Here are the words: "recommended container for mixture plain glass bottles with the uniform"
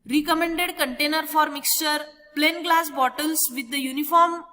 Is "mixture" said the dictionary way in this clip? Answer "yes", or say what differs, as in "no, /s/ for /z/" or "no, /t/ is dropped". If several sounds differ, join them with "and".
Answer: yes